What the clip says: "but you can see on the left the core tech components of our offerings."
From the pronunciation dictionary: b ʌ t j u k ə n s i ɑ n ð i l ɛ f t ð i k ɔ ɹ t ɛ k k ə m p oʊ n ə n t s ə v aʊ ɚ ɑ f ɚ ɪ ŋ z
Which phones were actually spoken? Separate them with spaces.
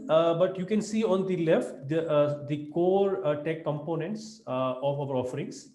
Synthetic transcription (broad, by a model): b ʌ t j u k ə n s i ɑ n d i l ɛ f t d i k ɔ ɹ t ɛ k k ə m p oʊ n ə n t s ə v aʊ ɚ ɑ f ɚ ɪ ŋ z